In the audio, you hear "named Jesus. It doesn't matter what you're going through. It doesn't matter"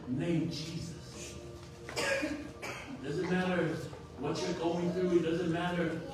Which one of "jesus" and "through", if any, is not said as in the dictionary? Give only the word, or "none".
none